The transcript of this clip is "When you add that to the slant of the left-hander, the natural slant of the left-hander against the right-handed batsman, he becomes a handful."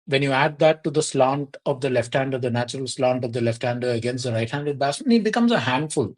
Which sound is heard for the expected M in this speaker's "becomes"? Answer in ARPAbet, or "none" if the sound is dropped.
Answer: M